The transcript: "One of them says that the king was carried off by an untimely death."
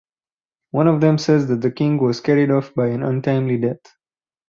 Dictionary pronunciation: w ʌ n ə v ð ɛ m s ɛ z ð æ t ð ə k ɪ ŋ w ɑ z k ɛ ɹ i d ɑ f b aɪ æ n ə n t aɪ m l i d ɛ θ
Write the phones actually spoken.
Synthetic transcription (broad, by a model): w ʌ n ə v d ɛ m s ɛ z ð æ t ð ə k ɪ ŋ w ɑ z k ɛ ɹ i d ɑ f b aɪ æ n ə n t aɪ m l i d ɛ t